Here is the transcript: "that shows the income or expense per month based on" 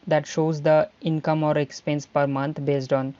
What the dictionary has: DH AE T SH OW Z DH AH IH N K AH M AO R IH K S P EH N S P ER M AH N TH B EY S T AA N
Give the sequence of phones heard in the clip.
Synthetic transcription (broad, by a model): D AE T SH OW Z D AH IH N K AH M AO R IH K S P EH N S P ER M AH N T B EY S T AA N